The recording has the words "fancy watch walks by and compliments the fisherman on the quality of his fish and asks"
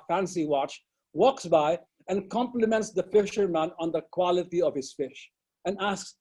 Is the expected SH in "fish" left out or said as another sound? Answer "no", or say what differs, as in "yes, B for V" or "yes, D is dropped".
no